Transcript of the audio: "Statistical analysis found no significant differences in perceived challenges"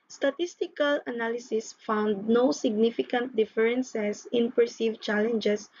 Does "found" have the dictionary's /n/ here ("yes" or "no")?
yes